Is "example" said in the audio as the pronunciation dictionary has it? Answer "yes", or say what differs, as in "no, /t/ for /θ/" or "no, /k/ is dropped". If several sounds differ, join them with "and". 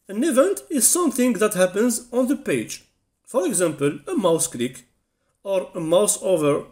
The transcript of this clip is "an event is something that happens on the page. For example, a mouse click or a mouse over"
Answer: yes